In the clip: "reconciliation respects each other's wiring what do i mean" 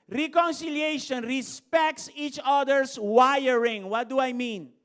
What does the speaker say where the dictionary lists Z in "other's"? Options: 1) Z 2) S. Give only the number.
2